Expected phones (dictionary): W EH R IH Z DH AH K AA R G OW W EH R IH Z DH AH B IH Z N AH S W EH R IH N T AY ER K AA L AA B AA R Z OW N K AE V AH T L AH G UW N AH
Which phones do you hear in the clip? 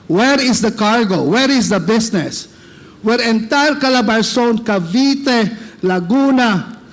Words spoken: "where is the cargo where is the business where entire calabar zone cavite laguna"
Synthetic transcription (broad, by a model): W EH R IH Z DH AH K AA R G OW W EH R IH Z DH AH B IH S N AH S W EH R IH N T AY ER K AA L AA B AA R S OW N K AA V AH T L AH G UW N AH